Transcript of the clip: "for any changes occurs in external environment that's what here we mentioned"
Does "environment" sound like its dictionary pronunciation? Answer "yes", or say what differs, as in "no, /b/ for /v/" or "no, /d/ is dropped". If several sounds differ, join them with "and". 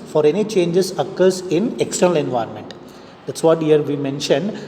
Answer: yes